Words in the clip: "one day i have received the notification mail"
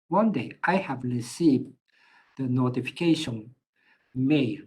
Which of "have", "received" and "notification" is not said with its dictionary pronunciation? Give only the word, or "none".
none